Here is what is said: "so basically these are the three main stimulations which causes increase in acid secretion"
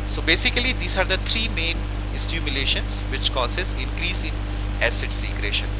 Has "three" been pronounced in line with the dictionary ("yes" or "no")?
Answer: no